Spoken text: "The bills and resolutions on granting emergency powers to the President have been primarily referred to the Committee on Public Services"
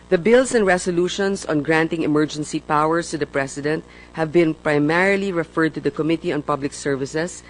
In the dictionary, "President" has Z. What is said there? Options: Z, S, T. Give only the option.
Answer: S